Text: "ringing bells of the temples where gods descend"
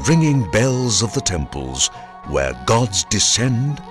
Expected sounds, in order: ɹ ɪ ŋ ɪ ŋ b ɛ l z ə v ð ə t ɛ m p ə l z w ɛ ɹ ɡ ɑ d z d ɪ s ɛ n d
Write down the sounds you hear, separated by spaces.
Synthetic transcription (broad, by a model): ɹ ɪ ŋ ɪ ŋ b ɛ l z ə v ð ə t ɛ m p ə l z w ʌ ɹ ɡ ɑ d z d ɪ s ɛ n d